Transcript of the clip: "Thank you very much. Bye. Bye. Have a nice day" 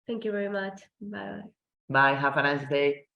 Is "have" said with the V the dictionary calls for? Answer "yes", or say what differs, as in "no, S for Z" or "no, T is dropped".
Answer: no, F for V